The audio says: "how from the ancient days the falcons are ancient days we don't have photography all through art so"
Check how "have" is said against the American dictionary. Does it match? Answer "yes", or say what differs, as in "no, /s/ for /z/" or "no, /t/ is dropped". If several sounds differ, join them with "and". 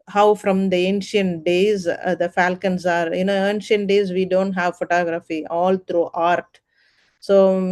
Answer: yes